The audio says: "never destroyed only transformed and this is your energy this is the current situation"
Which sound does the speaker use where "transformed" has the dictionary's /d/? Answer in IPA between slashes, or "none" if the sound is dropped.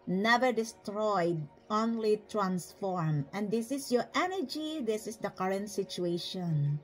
none